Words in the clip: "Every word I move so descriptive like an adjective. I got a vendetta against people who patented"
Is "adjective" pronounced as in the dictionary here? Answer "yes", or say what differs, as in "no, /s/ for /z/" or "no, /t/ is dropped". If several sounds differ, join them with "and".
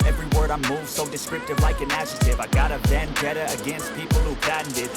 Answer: no, /k/ is dropped